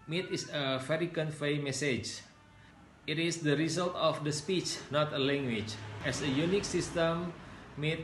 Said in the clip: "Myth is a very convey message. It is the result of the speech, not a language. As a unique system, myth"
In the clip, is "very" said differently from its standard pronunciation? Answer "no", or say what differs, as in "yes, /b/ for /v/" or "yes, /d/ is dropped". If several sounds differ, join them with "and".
yes, /f/ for /v/